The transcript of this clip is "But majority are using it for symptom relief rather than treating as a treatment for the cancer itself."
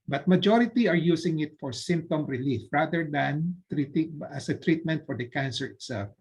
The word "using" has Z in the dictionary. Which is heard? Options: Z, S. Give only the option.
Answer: S